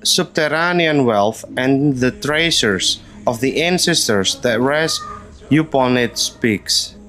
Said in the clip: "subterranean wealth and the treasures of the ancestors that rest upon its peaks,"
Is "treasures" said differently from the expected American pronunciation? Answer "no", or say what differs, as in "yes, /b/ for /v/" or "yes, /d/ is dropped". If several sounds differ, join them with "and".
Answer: yes, /s/ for /ʒ/